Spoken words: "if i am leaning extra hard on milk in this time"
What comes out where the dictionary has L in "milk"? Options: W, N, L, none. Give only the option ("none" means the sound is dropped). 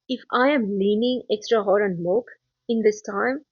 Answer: none